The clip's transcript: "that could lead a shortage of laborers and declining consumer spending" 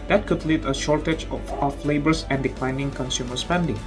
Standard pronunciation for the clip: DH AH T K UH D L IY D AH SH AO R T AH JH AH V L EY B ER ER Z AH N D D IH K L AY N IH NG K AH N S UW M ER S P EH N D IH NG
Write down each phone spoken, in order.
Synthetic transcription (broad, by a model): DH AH T K UH D L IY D AH SH AO R T AH JH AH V L EY B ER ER S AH N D D IH K L AY N IH NG K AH N S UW M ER S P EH N D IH NG